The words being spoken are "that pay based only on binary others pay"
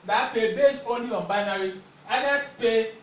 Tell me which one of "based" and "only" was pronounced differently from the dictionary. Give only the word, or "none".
based